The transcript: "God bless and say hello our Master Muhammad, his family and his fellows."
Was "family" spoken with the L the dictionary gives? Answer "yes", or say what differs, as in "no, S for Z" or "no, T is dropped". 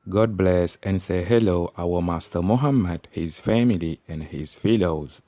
yes